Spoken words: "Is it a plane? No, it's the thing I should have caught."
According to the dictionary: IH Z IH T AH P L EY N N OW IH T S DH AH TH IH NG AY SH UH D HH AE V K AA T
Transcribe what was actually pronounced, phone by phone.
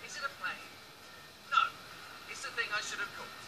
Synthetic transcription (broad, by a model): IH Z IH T AH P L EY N N OW IH T S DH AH TH IH NG AY SH UH D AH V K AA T